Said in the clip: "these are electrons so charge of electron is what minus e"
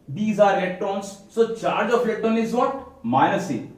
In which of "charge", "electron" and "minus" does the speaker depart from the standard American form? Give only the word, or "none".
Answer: electron